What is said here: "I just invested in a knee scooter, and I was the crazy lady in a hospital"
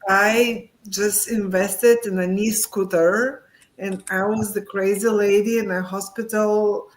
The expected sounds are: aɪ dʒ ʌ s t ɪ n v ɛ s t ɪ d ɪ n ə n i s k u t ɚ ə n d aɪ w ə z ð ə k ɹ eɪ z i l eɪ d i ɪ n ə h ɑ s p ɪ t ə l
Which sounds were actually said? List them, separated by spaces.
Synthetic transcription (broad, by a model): aɪ dʒ ʌ s t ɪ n v ɛ s t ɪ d ɪ n ə n i s k u t ɚ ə n aɪ w ə z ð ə k ɹ eɪ z i l eɪ d i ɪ n ə h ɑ s p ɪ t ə l